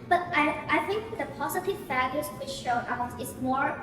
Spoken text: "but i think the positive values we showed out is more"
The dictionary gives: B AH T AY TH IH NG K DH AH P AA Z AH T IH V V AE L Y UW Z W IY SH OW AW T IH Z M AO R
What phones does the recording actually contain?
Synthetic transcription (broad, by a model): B AH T AY TH IH NG K DH AH P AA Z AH T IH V F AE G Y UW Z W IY SH OW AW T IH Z M AO R